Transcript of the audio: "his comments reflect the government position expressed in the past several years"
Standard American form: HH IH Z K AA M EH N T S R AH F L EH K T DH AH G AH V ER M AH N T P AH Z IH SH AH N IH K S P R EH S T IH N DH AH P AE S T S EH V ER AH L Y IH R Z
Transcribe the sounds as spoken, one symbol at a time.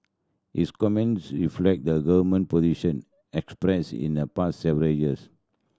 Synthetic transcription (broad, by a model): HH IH S K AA M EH N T S R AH F L EH K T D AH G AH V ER M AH N P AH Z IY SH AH N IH K S P R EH S IH N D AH P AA S T S EH V ER AH L Y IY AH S